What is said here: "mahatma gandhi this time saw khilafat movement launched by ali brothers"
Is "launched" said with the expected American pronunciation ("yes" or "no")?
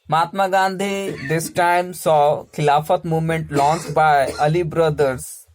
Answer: no